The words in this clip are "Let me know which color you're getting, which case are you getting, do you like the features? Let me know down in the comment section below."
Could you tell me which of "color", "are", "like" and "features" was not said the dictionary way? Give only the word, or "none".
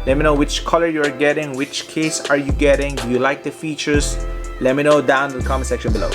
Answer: features